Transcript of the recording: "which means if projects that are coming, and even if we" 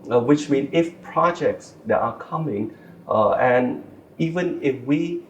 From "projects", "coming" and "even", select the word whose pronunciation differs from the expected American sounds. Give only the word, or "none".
none